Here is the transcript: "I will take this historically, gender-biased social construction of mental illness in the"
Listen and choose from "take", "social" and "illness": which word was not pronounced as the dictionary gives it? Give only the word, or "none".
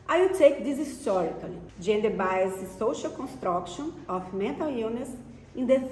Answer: illness